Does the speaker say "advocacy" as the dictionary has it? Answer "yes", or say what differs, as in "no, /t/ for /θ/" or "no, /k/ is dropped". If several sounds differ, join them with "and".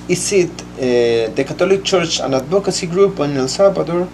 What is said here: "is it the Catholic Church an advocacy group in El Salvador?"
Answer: no, /b/ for /v/